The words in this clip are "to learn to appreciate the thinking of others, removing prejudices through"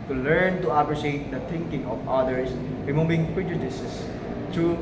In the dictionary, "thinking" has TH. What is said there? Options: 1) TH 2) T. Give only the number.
2